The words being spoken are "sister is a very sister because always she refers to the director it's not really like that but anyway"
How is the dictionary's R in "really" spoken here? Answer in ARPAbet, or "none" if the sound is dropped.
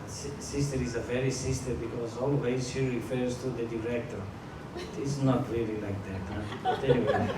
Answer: L